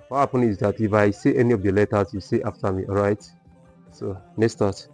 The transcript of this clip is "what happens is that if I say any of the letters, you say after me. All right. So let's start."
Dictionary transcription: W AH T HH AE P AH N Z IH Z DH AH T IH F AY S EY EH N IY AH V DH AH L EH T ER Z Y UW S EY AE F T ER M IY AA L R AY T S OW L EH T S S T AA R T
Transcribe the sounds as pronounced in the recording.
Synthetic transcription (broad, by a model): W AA HH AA P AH N IH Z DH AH T IH F AY S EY EH N IY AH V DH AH L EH T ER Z Y UW S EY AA F T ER M IY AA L R AY T S OW N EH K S S T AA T